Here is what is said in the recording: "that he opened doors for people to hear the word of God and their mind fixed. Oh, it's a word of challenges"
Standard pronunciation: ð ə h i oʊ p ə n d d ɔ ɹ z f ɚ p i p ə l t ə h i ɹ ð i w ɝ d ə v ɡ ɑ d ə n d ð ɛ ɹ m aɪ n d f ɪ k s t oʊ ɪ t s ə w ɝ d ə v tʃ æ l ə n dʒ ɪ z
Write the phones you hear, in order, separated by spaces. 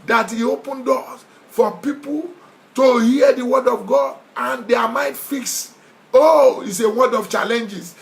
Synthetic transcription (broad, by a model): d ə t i oʊ p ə n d d ɔ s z f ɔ p i p ə l t ə h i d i w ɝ d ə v ɡ ɑ d ə n d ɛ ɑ m aɪ n d f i k s oʊ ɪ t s ə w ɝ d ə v tʃ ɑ l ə n dʒ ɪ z